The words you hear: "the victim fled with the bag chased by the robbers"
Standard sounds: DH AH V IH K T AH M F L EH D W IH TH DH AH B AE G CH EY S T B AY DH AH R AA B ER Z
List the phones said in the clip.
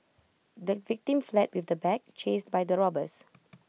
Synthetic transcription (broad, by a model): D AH V IH K T AH M F L EH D W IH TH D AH B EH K CH EY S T B AY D AH R AA B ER S